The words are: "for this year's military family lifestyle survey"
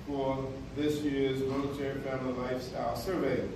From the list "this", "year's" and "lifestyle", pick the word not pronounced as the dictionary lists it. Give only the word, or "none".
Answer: none